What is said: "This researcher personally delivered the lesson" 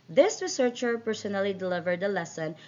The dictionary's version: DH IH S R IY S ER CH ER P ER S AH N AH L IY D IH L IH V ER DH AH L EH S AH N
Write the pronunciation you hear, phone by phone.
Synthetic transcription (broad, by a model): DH IH S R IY S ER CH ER P ER S AH N AH L IY D IH L IH V ER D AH L EH S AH N